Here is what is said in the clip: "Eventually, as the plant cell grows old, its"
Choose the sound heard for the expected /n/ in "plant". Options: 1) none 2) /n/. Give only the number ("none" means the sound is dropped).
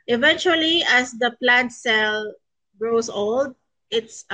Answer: 2